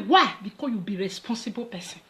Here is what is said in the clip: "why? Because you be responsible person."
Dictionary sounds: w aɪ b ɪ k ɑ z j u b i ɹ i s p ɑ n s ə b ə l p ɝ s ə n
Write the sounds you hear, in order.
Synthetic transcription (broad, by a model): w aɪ b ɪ k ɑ j u b i ɹ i s p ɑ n s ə b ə p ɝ s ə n